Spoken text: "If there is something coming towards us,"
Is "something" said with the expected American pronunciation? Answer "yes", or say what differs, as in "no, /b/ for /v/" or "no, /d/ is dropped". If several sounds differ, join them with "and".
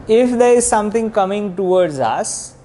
no, /t/ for /θ/